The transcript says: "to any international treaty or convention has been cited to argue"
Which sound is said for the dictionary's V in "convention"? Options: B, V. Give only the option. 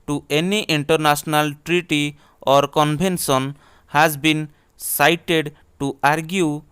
B